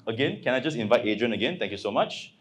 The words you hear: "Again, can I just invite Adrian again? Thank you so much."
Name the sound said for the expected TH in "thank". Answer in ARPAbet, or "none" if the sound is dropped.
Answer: T